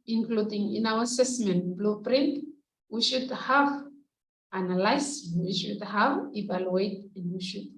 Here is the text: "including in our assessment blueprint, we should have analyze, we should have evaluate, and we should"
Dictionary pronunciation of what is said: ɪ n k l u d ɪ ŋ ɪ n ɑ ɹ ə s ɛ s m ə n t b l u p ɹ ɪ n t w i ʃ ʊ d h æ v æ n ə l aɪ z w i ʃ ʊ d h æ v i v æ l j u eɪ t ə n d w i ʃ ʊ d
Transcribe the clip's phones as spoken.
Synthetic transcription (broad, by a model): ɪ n k l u d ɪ ŋ ɪ n ɑ w ə s ɛ s m ə n t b l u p ɹ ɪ n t w i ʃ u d h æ v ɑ n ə l aɪ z w i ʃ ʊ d h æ v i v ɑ l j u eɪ t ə n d w i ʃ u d